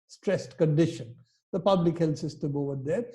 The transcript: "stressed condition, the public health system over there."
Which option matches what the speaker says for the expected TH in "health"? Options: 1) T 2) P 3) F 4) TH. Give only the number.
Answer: 1